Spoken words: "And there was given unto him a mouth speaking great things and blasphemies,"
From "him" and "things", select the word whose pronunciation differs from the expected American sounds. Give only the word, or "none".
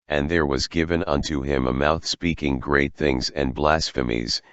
none